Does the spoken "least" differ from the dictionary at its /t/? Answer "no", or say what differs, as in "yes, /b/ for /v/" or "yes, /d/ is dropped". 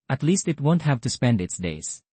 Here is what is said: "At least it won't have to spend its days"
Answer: no